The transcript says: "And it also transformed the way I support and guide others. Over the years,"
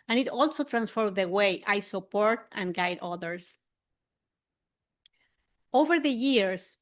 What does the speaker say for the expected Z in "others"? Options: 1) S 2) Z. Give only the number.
1